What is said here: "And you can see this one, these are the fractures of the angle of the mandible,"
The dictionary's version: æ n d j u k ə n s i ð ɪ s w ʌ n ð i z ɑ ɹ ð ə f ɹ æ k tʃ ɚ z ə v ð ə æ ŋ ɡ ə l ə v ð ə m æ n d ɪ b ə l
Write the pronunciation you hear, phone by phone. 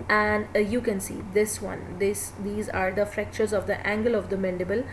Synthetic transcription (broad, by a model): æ n d j u k ə n s i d ɪ s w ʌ n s i z ɑ ɹ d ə f ɹ æ k tʃ ɚ z ə v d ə æ ŋ ɡ ə l ə v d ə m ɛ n d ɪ b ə l